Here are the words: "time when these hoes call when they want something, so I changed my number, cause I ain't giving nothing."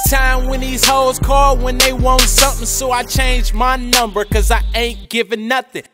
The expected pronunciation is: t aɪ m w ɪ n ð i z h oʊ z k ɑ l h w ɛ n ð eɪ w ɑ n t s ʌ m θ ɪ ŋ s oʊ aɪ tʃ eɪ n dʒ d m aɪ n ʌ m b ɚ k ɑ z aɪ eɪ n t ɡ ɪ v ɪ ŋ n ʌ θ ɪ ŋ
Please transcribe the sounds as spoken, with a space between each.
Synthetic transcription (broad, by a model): t aɪ m w ɪ n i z h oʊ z k ɑ l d w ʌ n ð eɪ w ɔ n t s ʌ m θ ɪ ŋ s oʊ aɪ tʃ eɪ n dʒ m aɪ n ʌ m b ɚ k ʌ z aɪ eɪ n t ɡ ɪ v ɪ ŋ n ʌ θ ɪ ŋ